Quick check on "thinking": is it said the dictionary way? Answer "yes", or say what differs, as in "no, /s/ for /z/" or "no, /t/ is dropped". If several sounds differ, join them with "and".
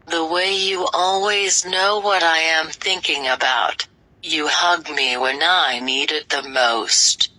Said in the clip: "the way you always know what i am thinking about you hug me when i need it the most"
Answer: yes